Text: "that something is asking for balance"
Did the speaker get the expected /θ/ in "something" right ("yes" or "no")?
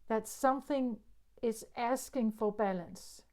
yes